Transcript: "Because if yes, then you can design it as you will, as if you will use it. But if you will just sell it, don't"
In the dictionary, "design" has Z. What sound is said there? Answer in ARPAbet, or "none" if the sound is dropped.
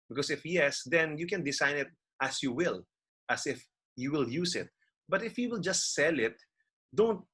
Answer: S